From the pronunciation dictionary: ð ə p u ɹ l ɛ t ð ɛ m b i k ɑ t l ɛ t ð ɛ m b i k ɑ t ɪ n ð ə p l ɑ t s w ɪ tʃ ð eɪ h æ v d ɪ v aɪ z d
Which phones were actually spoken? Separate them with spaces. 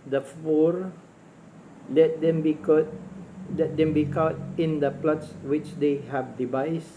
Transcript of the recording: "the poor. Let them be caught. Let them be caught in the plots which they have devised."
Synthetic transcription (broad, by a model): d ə f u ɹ l ɛ t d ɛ m b i k ɑ t l ɛ t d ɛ m b i k ɑ t ɪ n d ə p l ɑ t s w ɪ tʃ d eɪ h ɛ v d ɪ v aɪ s